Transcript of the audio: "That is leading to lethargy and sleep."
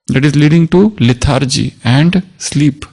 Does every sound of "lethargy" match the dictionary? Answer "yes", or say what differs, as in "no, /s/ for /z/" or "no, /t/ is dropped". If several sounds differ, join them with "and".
no, /t/ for /θ/